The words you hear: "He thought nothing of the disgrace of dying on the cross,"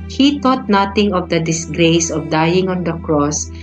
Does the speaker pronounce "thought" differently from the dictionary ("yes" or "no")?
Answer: yes